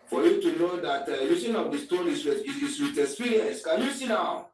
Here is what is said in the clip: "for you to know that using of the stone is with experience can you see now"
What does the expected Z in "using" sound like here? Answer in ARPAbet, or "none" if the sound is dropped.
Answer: S